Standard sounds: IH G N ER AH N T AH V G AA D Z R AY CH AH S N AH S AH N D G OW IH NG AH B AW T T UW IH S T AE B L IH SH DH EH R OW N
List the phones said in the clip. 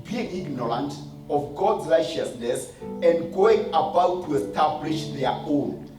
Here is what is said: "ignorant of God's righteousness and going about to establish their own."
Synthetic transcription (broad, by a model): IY G N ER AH N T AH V G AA D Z R AY CH AH S N AH S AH N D G OW IH NG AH B AW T T UW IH S T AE B L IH SH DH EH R OW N